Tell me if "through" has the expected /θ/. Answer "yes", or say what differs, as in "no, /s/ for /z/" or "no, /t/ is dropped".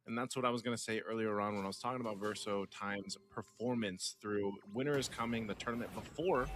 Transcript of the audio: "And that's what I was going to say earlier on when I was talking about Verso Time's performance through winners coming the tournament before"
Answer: yes